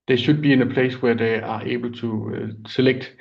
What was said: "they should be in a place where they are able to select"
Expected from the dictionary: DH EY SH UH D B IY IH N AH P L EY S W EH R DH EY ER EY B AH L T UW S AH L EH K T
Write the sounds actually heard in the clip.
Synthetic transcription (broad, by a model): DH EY SH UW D B IY IH N AH P L EY S W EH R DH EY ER EY B AH L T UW S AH L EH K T